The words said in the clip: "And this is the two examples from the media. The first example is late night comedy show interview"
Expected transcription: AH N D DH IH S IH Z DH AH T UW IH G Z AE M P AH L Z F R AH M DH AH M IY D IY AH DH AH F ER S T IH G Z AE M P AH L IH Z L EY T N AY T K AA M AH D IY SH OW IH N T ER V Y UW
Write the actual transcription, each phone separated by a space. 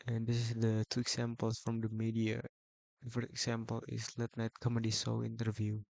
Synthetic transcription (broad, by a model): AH N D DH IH S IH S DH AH T UW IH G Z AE M P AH L S F R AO M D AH M IY D IY AH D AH F ER S T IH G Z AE M P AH L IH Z L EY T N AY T K AA M AH D IY S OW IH N T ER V Y UW